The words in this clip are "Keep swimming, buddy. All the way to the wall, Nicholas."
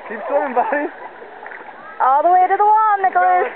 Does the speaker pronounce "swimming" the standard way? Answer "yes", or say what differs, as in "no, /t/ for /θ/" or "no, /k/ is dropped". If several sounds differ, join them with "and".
no, /m/ is dropped